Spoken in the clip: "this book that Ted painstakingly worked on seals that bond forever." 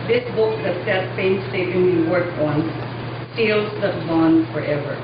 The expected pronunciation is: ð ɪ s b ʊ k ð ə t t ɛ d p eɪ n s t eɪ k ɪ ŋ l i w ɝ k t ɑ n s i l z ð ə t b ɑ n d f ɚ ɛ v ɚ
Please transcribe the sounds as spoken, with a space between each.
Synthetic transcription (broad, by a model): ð ɪ s b ʊ k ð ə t s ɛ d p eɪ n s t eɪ ɪ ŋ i w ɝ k ɑ n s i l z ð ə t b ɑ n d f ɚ ɛ v ɚ